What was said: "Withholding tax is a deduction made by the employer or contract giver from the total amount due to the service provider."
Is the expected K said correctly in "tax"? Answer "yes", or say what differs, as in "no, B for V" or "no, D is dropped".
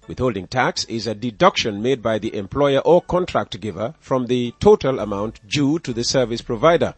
yes